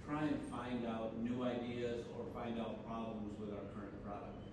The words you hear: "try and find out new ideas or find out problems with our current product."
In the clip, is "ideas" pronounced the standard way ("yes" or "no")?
yes